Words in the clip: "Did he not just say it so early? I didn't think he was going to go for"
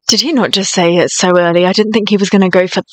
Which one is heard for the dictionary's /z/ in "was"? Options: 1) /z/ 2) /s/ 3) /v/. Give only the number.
1